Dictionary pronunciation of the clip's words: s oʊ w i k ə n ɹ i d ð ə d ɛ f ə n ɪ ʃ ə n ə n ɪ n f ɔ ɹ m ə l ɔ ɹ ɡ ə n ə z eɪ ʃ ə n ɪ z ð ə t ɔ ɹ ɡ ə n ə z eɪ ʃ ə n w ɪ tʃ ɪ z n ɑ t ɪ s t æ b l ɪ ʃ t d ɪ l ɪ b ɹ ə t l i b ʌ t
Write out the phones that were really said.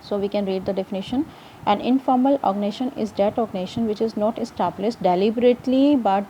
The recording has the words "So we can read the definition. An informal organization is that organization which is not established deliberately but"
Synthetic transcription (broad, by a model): s oʊ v i k ə n ɹ i d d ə d ɛ f ə n ɪ ʃ ə n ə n ɪ n f ɔ ɹ m ə l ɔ ɡ n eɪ ʃ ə n ɪ z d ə t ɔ ɡ n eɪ ʃ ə n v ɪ tʃ ɪ z n ɑ t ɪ s t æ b l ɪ s t d ɪ l ɪ b ɹ ə t l i b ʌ t